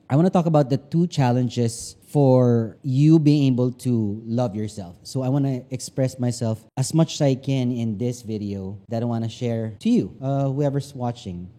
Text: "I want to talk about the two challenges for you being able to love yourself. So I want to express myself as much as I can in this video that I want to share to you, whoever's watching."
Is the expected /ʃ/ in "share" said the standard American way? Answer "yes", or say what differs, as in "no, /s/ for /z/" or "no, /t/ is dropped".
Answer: yes